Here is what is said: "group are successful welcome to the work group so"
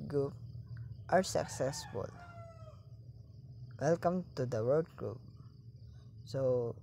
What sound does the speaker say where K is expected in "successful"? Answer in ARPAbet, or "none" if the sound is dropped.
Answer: K